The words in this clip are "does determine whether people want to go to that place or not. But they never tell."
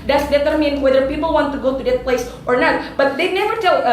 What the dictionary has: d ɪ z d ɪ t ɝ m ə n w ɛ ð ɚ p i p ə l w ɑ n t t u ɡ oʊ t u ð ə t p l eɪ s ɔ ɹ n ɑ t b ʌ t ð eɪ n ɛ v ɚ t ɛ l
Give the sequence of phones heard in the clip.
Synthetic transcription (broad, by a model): d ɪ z d ɪ t ɝ m ə n w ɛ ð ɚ p i p ə l w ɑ n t t u ɡ oʊ t u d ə t p l eɪ s ɔ ɹ n ɑ t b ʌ t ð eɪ n ɛ v ɚ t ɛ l